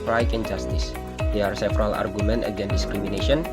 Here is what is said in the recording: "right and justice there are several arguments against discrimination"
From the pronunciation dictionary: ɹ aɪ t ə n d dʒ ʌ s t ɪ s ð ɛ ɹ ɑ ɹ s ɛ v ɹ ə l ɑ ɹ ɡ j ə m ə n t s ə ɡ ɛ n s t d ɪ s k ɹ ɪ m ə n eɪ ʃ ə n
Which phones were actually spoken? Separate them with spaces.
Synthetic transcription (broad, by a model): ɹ aɪ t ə n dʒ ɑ s t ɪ s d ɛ ɑ ɹ s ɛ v ɹ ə l ɑ ɹ ɡ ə m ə n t ə ɡ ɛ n d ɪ s k ɹ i m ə n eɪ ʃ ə n